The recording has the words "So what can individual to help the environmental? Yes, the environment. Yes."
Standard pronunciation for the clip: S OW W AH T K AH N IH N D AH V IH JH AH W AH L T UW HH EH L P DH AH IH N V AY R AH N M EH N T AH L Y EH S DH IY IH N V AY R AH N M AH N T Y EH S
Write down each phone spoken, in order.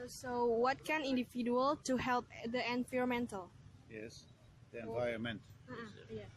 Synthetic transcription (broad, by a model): S OW W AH T K AH N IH N D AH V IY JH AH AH L T UW HH EH L P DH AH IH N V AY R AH M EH N T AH L Y EH S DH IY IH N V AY AH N M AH N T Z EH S